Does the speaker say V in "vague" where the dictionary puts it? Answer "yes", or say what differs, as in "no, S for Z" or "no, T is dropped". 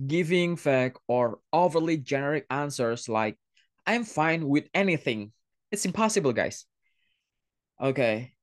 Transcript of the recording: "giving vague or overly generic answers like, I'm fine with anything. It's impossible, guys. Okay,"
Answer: no, F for V